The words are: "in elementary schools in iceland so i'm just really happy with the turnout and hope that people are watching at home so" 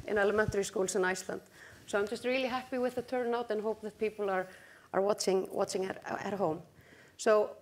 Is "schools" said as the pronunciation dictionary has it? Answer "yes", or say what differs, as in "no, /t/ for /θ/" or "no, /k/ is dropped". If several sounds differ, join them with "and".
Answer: no, /s/ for /z/